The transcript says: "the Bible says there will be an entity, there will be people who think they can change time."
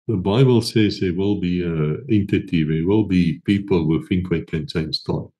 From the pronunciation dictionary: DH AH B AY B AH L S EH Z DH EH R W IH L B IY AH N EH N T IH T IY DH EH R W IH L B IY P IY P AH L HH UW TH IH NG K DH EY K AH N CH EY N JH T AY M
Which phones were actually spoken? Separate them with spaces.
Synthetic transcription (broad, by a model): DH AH B AY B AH L S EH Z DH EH W IH L B IY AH EH N T IH T IY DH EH W IH L B IY P IY P AH L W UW F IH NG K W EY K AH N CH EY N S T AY